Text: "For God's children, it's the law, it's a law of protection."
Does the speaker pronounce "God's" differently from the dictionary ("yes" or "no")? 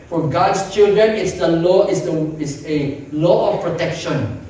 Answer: yes